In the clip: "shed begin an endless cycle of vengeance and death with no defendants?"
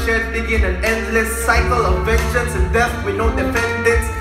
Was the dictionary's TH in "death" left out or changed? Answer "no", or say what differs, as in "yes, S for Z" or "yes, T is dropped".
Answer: yes, F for TH